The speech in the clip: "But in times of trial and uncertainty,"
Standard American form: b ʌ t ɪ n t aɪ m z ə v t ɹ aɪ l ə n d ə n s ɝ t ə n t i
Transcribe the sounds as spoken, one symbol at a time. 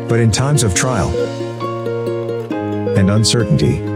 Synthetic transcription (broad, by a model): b ʌ t ɪ n t aɪ m z ə v t ɹ aɪ l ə n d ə n s ɝ t n t i